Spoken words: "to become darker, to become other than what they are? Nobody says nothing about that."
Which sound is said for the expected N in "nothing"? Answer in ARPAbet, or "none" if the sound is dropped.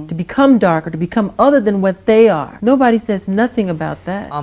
N